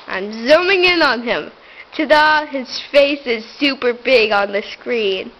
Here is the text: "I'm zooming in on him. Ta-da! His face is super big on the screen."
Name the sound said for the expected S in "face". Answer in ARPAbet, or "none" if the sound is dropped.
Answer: S